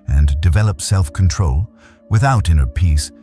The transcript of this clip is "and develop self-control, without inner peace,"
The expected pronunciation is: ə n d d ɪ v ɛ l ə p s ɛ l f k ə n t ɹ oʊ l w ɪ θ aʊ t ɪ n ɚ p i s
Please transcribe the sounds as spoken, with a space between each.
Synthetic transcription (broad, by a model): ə n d d ɪ v ɛ l ə p s ɛ l f k n t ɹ oʊ l w ɪ θ aʊ t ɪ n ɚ p i s